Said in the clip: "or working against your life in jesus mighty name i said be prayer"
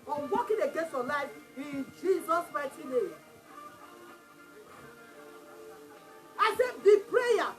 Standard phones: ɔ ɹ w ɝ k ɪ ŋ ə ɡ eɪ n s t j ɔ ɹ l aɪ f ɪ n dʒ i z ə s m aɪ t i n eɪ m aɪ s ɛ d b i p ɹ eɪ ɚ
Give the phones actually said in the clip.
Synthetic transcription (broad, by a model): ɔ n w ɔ k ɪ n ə ɡ eɪ n s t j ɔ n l aɪ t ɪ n dʒ i z ə s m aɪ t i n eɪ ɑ aɪ s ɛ b i p ɹ eɪ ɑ